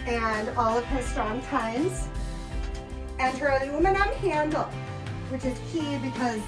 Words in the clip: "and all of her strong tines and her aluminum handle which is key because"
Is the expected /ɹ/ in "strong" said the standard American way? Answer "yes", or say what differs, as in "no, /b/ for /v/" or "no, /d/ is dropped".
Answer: no, /ɹ/ is dropped